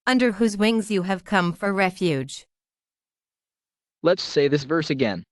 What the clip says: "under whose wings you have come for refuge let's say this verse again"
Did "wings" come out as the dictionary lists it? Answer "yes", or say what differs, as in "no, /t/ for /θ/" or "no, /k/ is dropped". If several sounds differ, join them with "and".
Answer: yes